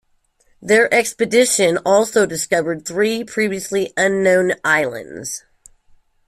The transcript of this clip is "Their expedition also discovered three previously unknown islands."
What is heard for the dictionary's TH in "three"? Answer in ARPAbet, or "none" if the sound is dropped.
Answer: TH